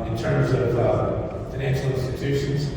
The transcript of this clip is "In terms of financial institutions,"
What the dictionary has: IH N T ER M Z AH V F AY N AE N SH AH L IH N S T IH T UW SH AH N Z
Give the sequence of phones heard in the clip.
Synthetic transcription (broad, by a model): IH N T ER M Z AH V F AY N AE N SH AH L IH N S T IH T UW SH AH N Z